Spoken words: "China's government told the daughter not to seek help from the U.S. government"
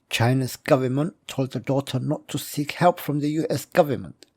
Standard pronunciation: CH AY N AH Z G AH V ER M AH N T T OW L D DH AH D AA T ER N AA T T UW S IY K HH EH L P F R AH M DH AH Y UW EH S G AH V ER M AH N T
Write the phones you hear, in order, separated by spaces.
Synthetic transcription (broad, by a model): CH AY N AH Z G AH V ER M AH N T T OW L D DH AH D AA T ER N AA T T UW S IY K HH EH L P F R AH M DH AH Y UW EH S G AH V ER M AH N T